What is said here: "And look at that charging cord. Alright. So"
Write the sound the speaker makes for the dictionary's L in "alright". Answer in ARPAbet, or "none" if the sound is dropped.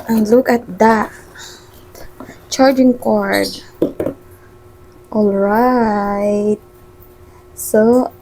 L